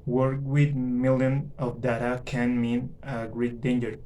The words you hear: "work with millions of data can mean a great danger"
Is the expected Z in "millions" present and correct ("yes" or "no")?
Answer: no